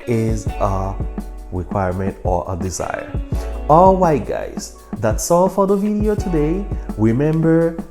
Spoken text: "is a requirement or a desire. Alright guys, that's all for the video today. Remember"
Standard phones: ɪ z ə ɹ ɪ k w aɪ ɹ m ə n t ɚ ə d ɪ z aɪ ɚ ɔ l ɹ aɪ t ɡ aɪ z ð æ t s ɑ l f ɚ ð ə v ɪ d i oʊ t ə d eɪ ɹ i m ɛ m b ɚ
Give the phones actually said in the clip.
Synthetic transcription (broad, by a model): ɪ z ə ɹ ɪ k w aɪ ɹ m ə n t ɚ ə d ɪ z aɪ ɚ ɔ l w aɪ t ɡ aɪ z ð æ t s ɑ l f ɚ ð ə v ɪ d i oʊ t ə d eɪ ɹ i m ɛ m b ɚ